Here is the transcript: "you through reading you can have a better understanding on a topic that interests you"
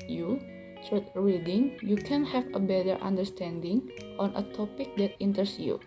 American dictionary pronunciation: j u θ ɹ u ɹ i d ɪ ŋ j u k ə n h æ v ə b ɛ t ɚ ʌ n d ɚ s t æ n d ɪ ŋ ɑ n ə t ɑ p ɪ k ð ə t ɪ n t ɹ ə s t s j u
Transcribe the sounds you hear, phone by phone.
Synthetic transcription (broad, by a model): j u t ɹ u ɹ i d ɪ ŋ j u k ə n h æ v ə b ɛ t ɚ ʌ n d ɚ s t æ n d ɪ ŋ ɑ n ə t ɑ p ɪ k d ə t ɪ n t ə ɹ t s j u